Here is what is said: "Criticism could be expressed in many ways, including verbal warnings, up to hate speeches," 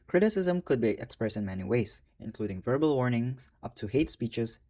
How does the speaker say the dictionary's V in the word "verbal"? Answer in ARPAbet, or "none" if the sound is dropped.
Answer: V